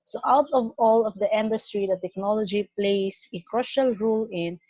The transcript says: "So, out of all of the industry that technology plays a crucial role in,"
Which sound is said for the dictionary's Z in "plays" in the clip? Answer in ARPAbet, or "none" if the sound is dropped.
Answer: S